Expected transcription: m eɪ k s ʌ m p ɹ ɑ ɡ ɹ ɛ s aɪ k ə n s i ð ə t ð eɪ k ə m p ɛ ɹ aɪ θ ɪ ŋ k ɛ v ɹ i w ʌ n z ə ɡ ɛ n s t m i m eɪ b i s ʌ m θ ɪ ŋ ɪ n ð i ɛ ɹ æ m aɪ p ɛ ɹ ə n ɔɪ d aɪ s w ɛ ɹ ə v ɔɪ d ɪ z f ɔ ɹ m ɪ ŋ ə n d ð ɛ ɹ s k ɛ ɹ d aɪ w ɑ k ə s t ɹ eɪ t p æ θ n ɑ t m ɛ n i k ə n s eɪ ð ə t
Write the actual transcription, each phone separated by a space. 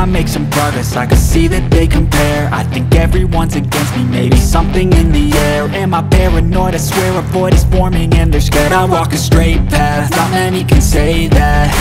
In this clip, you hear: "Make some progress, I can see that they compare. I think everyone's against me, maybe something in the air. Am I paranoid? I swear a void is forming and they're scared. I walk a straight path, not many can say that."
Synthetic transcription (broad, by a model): m eɪ k s ʌ m p ɹ ɑ ɡ ɹ ɛ s aɪ k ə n s i ð ə t ð eɪ k ə m p ɛ ɹ aɪ θ ɪ ŋ k ɛ v ɹ i w ʌ n z ə ɡ ɛ n s t m i m eɪ b i s ʌ m θ ɪ ŋ ɪ n ð i ɛ ɹ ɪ m aɪ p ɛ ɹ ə n ɔɪ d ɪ s w ɛ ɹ ə p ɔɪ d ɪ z f ɔ ɹ m ɪ ŋ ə n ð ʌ ɹ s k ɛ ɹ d aɪ w ɑ k ə s t ɹ eɪ t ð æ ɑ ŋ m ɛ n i k ə n s eɪ ð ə t